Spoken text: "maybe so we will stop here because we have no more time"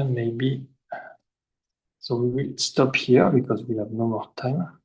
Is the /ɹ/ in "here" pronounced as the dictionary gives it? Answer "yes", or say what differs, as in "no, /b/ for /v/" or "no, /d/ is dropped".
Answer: yes